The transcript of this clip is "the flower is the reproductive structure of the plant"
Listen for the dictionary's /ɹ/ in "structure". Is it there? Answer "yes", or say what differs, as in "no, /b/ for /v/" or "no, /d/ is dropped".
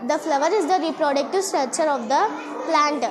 no, /ɹ/ is dropped